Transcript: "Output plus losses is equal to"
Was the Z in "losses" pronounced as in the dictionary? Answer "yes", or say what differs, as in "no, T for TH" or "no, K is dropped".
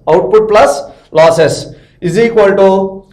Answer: no, S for Z